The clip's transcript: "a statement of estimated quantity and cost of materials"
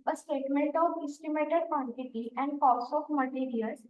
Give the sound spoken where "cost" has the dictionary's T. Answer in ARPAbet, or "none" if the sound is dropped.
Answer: none